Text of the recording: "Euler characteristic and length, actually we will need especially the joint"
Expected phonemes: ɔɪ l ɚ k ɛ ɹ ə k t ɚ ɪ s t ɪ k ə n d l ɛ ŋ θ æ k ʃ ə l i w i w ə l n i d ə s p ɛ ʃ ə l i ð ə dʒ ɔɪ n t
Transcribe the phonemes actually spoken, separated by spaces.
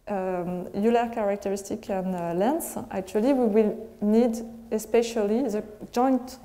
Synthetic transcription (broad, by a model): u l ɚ k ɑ ɹ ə k t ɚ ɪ s t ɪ k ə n l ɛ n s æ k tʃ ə l i w i w ə l n i d ə s p ɛ ʃ ə l i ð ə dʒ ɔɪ n t